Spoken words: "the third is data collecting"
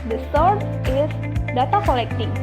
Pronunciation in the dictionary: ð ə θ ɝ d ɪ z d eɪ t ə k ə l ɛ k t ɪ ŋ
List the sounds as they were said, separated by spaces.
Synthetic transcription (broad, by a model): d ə s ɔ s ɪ s d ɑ t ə k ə l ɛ k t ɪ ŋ